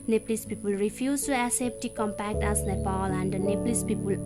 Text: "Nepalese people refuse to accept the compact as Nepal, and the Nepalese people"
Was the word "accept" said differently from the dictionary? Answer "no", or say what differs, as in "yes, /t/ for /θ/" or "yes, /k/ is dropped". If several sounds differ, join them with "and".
yes, /k/ is dropped